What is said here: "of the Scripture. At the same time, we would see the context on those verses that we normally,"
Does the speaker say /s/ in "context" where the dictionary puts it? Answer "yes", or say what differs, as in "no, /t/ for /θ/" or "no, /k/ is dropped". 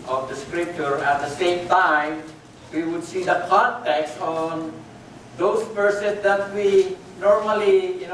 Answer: yes